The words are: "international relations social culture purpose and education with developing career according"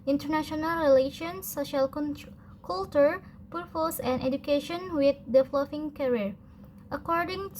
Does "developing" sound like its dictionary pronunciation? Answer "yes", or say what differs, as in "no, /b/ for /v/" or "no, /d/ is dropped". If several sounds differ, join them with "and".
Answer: no, /f/ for /p/